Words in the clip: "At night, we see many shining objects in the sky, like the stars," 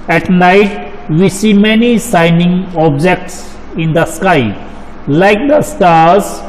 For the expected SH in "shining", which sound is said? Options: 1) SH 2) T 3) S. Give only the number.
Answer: 3